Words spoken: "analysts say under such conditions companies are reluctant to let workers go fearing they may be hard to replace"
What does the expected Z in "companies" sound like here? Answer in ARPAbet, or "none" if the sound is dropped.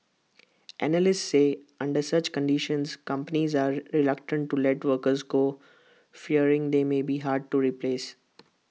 Z